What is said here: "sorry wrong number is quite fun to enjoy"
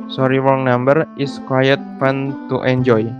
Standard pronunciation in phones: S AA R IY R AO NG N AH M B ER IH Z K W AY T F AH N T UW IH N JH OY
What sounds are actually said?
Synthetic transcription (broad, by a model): S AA R IY W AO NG N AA M B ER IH S K W AY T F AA N T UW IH N JH OY